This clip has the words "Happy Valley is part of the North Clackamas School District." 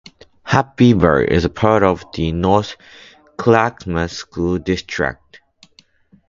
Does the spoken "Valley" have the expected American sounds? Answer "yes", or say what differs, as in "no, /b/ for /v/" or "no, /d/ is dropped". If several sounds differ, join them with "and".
no, /b/ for /v/